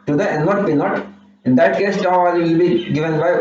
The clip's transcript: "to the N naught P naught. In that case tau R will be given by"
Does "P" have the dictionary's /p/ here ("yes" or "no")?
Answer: no